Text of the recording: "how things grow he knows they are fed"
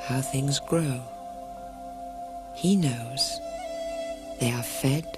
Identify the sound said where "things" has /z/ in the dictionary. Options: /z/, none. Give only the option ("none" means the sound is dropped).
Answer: /z/